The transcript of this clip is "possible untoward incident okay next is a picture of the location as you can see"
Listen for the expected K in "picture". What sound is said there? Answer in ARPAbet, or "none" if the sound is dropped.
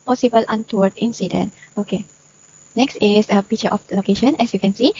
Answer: none